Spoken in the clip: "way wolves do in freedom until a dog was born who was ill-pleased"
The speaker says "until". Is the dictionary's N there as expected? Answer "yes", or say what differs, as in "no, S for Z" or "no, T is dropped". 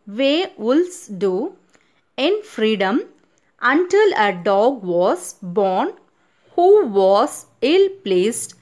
yes